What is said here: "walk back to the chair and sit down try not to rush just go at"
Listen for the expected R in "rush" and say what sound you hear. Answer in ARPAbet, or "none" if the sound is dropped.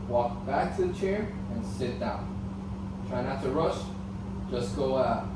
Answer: R